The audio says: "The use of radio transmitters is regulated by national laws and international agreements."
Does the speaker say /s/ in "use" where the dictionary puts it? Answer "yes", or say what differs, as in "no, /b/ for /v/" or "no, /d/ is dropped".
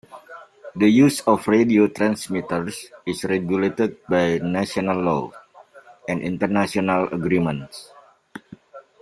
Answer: yes